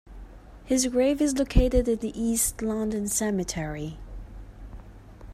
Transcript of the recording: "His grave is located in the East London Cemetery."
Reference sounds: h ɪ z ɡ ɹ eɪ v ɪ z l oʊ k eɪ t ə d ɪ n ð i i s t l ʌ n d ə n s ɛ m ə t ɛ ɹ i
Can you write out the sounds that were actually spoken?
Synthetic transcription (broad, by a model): h ɪ z ɡ ɹ eɪ v ɪ z l oʊ k eɪ t ə d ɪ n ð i i s t l ʌ n d ə n s ɛ m ə t ɛ ɹ i